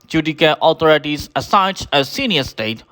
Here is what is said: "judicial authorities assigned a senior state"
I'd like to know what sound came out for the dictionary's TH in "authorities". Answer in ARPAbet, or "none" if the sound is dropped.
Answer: T